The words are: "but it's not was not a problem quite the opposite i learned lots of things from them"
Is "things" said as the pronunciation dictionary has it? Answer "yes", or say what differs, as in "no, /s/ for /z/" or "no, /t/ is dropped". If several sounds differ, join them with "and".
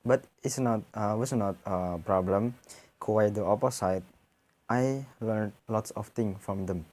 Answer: no, /z/ is dropped